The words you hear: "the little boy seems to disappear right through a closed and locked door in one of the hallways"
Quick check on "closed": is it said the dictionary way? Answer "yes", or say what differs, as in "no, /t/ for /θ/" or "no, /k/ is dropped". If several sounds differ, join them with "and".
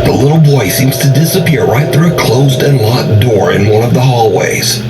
yes